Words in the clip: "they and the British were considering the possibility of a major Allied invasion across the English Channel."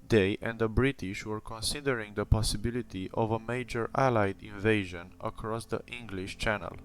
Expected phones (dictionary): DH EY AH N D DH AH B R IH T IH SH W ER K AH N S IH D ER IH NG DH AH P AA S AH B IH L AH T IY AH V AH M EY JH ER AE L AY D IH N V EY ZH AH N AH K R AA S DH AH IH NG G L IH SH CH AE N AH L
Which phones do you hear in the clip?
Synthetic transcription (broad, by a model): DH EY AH N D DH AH B R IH T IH SH W ER K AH N S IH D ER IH NG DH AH P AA S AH B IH L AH T IY AH V AH M EY JH ER AE L AY D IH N V EY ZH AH N AH K R AA S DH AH IH NG G L IH SH CH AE N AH L